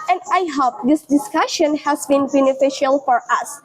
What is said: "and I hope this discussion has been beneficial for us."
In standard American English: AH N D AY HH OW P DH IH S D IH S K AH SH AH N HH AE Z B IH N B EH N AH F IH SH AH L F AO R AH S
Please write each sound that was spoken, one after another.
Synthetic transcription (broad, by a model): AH N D AY HH OW P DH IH S D IH S K AH SH AH N HH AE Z B IH N B EH N AH F IH SH AH L F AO R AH S